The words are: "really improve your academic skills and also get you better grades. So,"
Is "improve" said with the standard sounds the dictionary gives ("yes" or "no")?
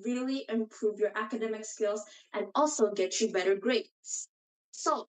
yes